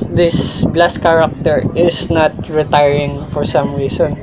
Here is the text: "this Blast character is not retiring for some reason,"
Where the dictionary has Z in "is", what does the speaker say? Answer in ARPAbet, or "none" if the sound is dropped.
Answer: S